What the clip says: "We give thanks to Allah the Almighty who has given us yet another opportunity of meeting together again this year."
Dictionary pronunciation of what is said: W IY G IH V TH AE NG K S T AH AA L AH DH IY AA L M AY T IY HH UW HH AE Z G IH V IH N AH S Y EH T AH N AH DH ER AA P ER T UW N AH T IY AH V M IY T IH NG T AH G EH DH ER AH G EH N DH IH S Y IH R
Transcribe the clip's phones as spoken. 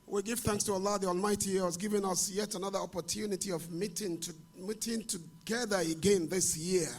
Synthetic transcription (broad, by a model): W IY G IH V TH AE NG K S T AH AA L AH DH IY AA L M AY T IY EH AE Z G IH V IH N AH S Y EH T AH N AH DH ER AA P ER T UW N AH T IY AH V M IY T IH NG T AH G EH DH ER AH G EH N DH IH S Y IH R